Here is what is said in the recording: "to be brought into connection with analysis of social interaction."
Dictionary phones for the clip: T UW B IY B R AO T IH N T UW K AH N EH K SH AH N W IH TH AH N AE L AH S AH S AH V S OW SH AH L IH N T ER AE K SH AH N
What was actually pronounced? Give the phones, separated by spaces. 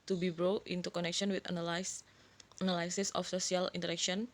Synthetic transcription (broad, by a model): T UW B IY B R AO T IH N T UW K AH N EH K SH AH N W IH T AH N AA L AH S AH S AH F S OW S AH L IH N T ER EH K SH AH N